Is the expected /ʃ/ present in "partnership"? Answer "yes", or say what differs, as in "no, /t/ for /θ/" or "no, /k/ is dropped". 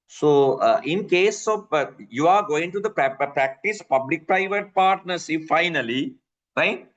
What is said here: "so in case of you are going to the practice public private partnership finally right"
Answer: no, /s/ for /ʃ/